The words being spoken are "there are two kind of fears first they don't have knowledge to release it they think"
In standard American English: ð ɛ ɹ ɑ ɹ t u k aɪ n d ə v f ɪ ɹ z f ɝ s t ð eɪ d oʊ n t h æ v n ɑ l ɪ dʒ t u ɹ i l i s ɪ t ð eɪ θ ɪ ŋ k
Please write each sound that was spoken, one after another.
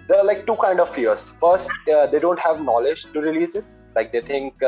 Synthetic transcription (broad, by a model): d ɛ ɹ ɑ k t u k aɪ n d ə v f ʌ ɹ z f ɝ s t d eɪ d oʊ n t h æ v n ɑ l ɪ dʒ t u ɹ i l i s ɪ t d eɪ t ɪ ŋ k